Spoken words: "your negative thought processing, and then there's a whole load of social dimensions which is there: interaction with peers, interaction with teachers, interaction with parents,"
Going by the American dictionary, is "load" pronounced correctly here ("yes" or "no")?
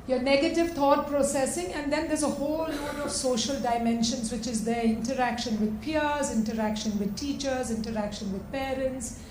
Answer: no